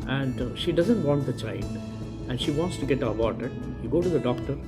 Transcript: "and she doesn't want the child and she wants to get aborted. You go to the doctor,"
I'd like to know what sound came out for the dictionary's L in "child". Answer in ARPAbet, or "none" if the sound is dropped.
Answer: N